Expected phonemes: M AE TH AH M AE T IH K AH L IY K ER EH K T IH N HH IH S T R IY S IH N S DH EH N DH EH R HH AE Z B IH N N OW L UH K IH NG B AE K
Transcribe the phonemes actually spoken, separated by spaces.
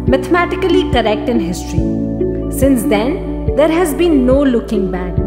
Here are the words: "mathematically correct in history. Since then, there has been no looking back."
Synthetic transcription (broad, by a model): M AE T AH M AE T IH K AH L IY K ER EH K T IH N HH IH S T R IY S IH N S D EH N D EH R HH AE Z B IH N N OW L UH K IH NG B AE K